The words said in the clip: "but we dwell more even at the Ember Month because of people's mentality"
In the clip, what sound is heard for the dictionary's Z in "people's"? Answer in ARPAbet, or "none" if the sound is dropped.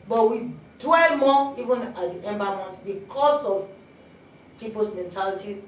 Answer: S